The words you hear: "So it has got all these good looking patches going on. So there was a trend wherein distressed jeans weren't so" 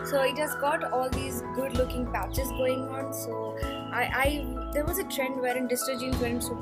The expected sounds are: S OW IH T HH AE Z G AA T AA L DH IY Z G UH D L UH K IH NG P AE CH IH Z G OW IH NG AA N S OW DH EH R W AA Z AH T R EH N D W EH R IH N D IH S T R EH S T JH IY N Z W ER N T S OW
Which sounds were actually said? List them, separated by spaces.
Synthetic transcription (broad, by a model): S OW IH T HH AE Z G AA T AA L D IY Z G UH D L UH K IH NG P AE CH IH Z G OW IH NG AA N S OW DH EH R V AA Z AH T R EH N D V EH R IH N D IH S T AH T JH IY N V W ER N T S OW